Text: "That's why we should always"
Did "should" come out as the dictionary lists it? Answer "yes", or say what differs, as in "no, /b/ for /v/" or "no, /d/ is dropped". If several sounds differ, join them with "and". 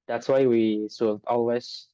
no, /s/ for /ʃ/